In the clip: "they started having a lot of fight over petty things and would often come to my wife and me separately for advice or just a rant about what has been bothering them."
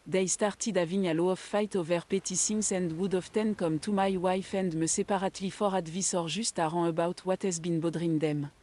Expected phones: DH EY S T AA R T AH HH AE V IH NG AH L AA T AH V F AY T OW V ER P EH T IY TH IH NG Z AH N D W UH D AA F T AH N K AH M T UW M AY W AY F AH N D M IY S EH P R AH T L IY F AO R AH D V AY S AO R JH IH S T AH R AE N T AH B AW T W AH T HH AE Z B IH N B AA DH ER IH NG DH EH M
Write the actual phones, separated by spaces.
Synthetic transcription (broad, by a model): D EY S T AA R T AH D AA V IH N AH L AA AH F AY T OW V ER P EH T IY S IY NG S AH N D W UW D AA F T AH N K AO M T UW M AY W AY F AH N D M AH S EH P R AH T L IY F AO R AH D V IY S AO R ZH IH S T AH R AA AH B AW T W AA T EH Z B IH N B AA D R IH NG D EH M